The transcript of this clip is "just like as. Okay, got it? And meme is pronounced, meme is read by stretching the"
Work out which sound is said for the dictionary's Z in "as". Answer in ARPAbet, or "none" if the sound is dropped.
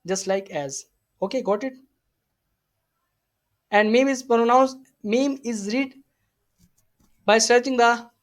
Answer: Z